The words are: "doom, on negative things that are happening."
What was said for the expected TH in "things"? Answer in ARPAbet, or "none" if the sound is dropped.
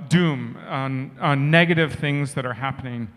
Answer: TH